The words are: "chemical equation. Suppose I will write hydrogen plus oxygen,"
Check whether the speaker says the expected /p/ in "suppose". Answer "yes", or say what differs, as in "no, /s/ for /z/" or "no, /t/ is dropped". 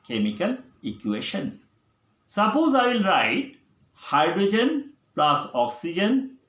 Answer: yes